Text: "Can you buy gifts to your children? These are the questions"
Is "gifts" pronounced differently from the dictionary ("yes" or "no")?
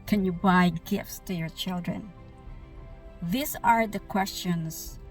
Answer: no